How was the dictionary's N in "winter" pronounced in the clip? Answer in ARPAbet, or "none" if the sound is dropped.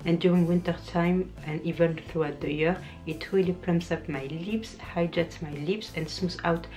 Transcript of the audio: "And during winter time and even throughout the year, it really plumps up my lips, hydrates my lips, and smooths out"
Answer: N